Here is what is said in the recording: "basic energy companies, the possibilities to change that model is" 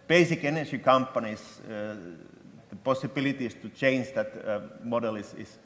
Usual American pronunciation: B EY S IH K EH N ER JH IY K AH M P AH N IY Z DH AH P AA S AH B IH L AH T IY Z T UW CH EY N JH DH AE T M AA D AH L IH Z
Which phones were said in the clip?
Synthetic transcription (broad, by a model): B EY S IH K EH N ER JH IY K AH M P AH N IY S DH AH P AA S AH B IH L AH T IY S T UW CH EY N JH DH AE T M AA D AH L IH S